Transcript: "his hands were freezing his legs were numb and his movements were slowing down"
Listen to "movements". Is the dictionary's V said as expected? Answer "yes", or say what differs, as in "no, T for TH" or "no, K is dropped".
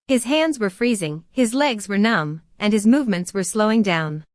yes